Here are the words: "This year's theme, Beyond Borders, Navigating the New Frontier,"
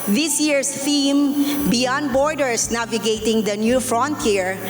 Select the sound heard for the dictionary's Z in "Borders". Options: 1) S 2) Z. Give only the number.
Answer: 1